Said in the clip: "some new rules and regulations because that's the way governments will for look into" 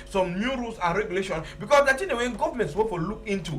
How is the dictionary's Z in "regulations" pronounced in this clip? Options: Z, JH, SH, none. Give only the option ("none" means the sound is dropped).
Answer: none